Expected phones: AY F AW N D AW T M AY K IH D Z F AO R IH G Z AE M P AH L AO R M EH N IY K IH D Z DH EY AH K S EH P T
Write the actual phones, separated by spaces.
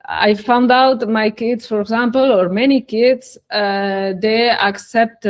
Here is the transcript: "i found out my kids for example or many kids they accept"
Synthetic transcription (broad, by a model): AY F AW N D AW T M AY K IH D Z F AO R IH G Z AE M P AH L AO R M EH N IY K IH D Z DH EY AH K S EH P T